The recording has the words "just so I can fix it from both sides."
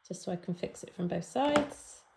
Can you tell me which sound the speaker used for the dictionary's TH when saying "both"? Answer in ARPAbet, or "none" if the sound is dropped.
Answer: TH